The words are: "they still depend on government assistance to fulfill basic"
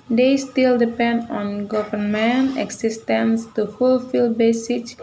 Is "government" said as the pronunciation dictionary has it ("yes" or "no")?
no